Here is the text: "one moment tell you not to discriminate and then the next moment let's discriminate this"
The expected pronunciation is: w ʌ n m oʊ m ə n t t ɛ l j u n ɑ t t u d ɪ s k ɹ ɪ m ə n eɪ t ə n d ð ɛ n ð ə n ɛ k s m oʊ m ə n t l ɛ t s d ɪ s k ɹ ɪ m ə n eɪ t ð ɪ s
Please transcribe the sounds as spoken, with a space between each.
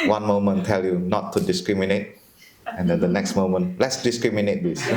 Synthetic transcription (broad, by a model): w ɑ n m oʊ m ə n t t ɛ l j u n ɑ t t u d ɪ s k ɹ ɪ m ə n eɪ t ə n d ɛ n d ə n ɛ k s m oʊ m ə n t l ɛ t s d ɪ s k ɹ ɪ m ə n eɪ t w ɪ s